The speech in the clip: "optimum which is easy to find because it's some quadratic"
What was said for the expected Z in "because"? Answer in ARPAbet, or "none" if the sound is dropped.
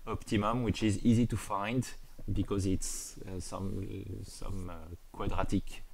Z